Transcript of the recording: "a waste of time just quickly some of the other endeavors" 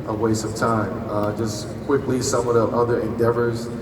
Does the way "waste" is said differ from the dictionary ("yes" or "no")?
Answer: yes